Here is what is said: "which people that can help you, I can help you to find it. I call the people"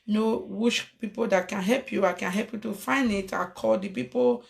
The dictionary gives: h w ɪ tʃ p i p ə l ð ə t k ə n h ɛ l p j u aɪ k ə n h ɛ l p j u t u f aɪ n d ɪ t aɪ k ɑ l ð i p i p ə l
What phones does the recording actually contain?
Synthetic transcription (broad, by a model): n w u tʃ p i p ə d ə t k ə n h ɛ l p j u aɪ k ə n h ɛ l p j u t u f aɪ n ɪ t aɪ k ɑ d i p i p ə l